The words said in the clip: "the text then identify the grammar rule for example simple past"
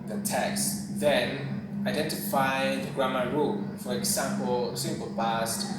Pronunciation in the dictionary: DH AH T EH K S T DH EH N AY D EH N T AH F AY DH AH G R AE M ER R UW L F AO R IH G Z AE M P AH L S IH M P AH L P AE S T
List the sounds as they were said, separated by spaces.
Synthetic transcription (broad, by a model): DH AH T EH K S DH EH N AY D EH N T AH F AY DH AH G R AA M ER R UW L F AO R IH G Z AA M P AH L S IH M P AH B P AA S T